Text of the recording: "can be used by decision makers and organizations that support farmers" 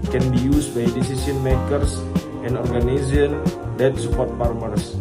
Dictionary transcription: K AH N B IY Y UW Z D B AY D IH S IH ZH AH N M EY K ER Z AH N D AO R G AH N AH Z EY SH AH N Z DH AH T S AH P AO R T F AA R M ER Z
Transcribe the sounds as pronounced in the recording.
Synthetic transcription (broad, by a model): K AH N B IY Y UW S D B AY D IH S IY S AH N M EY K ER S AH N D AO R G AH N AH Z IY AH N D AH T S AH P AO R T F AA R M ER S